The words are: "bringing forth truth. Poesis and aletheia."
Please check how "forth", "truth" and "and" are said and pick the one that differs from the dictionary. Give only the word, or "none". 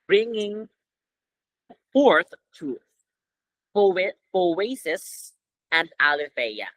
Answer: truth